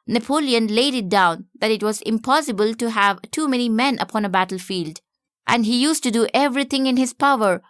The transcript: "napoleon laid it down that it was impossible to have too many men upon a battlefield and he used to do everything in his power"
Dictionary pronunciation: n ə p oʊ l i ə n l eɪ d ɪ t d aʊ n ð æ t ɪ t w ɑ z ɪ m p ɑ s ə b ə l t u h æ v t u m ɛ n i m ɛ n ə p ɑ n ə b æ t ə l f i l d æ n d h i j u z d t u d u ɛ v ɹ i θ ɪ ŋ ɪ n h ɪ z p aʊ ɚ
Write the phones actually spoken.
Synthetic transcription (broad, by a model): n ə p oʊ l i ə n l eɪ d ɪ t d aʊ n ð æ t ɪ t w ɑ z ɪ m p ɑ s ə b ə l t u h æ v t u m ɛ n i m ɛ n ə p ɑ n ə b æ t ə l f i l d æ n d h i j u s t u d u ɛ v ɹ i t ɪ ŋ ɪ n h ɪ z p aʊ ɚ